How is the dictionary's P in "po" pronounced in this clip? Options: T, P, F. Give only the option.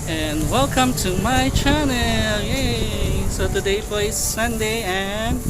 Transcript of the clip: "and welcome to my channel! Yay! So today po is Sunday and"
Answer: F